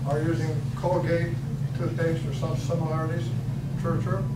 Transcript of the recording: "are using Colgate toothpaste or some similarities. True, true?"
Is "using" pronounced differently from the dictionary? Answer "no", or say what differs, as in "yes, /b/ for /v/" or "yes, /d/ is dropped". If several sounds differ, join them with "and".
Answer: no